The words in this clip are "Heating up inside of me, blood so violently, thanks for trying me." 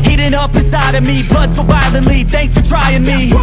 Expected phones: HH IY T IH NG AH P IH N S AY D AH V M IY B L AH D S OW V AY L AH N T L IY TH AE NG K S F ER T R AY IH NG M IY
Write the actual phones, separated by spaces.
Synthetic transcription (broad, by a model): HH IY T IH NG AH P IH S AY D AH V M IY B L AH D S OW B AY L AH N L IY TH AE NG K S F ER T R AY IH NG M IY